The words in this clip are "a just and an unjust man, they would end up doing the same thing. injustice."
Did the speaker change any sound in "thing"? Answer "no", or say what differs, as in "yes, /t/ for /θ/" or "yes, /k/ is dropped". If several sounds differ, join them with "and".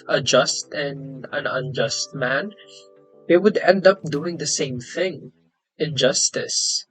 no